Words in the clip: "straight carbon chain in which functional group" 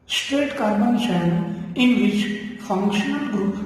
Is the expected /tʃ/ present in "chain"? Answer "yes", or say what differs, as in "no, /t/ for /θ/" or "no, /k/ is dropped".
no, /ʃ/ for /tʃ/